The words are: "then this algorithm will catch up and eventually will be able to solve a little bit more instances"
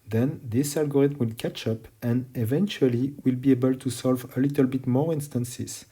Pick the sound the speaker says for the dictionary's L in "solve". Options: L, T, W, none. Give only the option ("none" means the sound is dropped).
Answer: L